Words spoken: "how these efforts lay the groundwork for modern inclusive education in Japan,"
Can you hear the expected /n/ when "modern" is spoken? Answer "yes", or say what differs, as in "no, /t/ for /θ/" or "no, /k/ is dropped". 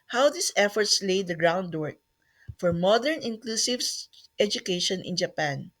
yes